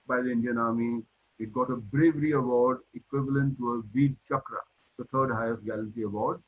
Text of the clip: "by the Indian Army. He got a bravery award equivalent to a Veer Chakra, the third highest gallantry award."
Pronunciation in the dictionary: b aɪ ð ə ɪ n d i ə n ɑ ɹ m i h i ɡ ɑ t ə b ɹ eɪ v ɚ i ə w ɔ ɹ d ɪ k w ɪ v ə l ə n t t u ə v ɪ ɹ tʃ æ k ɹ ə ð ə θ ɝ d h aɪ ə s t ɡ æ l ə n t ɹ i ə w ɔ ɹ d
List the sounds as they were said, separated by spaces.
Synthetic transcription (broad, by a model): b aɪ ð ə ɪ n d i ə n ɑ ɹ m i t ɡ ɑ t ə b ɹ eɪ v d i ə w ɔ ɹ d ɪ k w ɪ v ə l ə n t t u ə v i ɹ tʃ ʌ k ɹ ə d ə t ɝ d h aɪ ə s t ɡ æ l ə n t i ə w ɔ ɹ d